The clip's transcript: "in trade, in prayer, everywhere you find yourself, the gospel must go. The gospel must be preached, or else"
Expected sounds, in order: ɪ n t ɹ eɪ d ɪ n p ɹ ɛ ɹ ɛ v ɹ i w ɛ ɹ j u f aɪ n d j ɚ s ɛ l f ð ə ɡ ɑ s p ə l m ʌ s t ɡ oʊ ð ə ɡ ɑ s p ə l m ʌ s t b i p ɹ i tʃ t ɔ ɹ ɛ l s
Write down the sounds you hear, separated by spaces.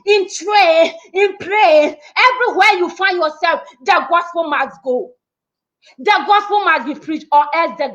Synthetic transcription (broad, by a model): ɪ n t ɹ eɪ ɪ n p ɹ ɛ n ɛ v ɹ i w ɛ j u f aɪ n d j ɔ s ɛ l f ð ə ɡ ɑ s p ə l m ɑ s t ɡ oʊ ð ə ɡ ɑ s p ə l m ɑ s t b i p ɹ i tʃ t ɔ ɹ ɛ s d